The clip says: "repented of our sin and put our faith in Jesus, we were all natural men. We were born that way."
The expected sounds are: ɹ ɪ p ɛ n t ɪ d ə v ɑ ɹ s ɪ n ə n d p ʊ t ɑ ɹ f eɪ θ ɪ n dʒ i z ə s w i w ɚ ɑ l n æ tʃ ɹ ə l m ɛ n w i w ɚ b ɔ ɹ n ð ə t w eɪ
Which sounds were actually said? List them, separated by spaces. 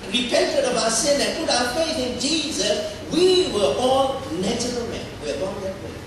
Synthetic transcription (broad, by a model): ɹ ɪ p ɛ n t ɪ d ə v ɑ s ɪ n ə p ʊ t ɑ f eɪ θ ɪ n dʒ i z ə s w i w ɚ ɑ l n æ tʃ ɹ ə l m ɛ n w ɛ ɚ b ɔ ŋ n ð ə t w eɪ